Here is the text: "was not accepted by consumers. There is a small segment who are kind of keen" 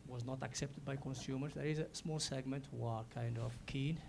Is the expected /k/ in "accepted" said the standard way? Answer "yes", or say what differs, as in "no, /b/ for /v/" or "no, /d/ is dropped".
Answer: yes